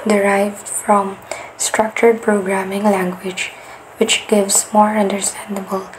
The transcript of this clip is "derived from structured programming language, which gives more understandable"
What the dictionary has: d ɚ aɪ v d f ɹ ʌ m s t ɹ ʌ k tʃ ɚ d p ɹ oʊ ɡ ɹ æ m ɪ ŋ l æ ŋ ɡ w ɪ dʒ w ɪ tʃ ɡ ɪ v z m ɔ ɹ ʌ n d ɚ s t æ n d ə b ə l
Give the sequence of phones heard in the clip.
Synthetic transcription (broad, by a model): d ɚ aɪ v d f ɹ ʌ m s t ɹ ʌ k tʃ ɚ d p ɹ oʊ ɡ ɹ æ m ɪ ŋ l æ ŋ ɡ w ɪ dʒ w ɪ tʃ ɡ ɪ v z m ɔ ɹ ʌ n d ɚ s t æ n d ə b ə l